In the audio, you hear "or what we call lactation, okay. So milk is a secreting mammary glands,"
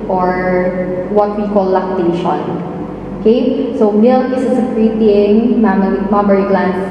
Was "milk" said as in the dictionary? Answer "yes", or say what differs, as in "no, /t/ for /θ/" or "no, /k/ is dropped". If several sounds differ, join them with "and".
no, /k/ is dropped